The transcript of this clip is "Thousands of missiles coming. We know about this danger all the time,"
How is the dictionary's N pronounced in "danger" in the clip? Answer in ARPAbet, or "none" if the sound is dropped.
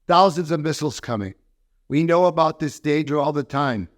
none